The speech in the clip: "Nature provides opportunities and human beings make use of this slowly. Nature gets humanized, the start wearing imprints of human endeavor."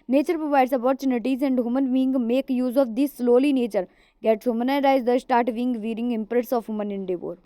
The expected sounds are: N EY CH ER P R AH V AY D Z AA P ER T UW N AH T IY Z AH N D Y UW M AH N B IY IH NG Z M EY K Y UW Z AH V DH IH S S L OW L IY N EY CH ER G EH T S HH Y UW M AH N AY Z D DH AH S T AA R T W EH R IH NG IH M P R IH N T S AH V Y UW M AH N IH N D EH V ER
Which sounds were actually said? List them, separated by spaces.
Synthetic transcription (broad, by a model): N EY CH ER P R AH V AY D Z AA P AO T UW N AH T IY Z AH N D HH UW M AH N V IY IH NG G M EY K Y UW Z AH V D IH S S L OW L IY N EY CH ER G EH T S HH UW M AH N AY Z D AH S T AA R T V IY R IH NG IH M P R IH T S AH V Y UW M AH N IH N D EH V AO